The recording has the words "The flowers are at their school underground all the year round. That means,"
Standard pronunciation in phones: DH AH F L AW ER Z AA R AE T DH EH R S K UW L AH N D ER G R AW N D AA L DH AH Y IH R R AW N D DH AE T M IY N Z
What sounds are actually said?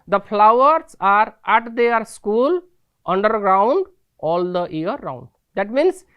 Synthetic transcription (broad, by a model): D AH P L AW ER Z AA R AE T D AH R S K UW L AH N D ER G R AW N D AA L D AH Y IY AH R AW N D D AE T M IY N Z